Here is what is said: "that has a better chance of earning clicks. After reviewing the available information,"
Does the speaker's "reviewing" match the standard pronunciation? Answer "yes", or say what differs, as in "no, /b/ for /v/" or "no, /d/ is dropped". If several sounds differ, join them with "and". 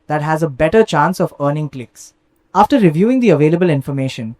yes